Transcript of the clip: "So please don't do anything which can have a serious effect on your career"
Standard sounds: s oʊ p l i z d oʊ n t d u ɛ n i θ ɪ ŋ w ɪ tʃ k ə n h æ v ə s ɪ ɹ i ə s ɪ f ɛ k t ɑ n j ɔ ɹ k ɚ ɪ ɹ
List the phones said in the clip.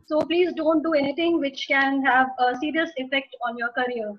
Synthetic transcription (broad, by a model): s oʊ p l i z d oʊ n t d u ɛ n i t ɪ ŋ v ɪ tʃ k ə n h æ v ə s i ɹ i ə s ɪ f ɛ k t ɑ n j ɔ ɹ k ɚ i ɹ